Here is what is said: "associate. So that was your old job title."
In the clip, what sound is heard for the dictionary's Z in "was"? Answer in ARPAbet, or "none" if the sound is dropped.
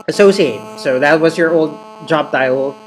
Z